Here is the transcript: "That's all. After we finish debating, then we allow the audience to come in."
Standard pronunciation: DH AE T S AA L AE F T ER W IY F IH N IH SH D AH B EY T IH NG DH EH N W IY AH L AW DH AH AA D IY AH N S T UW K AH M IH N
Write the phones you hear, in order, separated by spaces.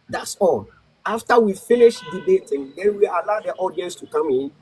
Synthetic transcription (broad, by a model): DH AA T S AA L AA F T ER W IY F IH N IH SH D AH B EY T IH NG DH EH N W IY AH L AW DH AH AA D IY AH N S T UW K AH M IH N